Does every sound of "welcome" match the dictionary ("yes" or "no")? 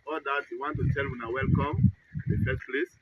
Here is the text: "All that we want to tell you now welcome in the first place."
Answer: yes